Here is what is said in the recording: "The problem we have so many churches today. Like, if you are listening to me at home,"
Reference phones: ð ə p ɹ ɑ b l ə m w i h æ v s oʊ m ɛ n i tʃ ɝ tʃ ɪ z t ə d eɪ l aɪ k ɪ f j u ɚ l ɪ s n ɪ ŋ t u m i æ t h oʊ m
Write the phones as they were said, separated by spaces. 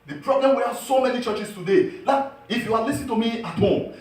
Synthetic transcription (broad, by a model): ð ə p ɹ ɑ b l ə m w i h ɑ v s oʊ m ɛ n i tʃ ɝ tʃ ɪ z t ə d eɪ l aɪ k ɪ f j u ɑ l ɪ s ɪ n t u m i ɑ t h oʊ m